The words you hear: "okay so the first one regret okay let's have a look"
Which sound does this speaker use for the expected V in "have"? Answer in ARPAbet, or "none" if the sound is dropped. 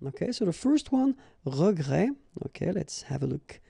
V